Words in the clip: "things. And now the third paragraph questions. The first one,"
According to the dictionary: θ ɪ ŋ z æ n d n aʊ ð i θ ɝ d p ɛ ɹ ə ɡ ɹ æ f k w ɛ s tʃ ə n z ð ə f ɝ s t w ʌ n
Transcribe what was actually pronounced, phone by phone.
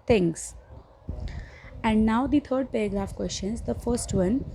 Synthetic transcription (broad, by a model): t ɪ ŋ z æ n d n aʊ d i t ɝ d p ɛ ɹ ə ɡ ɹ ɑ f k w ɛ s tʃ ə n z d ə f ɝ s t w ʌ n